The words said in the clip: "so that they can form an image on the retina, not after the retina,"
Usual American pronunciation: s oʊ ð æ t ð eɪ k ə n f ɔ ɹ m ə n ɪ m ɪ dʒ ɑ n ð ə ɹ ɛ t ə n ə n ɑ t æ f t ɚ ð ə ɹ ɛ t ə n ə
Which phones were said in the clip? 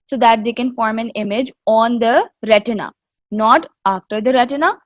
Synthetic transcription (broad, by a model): s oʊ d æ t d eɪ k ə n f ɔ ɹ m ə n ɪ m ɪ dʒ ɑ n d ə ɹ ɛ t ə n ə n ɑ t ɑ f t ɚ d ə ɹ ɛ t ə n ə